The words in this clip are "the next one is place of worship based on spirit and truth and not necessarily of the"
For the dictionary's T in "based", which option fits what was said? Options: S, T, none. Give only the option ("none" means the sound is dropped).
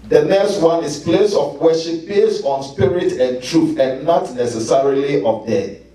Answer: none